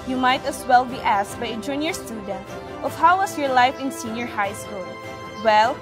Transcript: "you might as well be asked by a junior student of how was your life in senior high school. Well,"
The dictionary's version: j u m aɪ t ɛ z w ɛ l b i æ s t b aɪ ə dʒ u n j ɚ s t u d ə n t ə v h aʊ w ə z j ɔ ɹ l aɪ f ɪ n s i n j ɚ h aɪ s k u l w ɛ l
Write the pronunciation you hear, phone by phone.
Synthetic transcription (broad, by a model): j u m aɪ t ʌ s w ɛ l b i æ s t b aɪ ə dʒ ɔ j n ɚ s t u d ə n t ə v h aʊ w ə s j ɔ ɹ l aɪ f ɪ n s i n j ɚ h aɪ s k u l w ɛ l